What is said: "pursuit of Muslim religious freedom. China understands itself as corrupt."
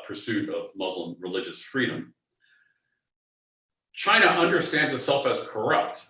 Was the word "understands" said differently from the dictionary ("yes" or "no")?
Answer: no